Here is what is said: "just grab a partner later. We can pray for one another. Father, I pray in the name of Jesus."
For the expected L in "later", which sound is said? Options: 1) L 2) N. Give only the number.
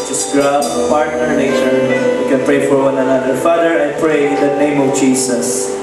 2